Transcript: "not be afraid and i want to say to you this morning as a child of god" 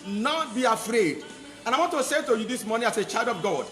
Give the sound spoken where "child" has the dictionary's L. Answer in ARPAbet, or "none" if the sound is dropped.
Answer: L